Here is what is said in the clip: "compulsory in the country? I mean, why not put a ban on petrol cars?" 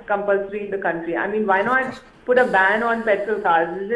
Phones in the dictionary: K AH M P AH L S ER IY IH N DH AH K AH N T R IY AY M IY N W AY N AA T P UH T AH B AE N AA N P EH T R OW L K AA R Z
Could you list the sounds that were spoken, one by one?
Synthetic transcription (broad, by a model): K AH M P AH L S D IY IH N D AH K AH N T R IY AY M IY N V AY N AA T P UH T AH B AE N AA N P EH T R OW L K AA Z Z